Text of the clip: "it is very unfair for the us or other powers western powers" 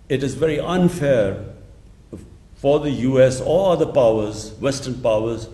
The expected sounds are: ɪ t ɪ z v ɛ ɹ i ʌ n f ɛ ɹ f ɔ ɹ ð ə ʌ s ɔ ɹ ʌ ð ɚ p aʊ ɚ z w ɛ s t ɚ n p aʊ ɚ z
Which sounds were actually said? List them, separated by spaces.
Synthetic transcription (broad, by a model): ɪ t ɪ z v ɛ ɹ i ʌ n f ɛ ɹ f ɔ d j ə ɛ s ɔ l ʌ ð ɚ p aʊ ɚ z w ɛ s t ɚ n p aʊ ɚ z